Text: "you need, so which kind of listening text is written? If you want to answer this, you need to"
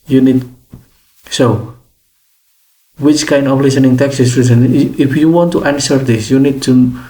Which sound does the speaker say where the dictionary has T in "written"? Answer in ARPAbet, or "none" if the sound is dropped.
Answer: S